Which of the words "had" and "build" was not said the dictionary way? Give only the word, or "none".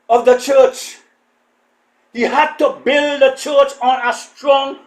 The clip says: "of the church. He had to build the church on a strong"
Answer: none